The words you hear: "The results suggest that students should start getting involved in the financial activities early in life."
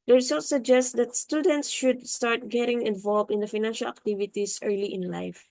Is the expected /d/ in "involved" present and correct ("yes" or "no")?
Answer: no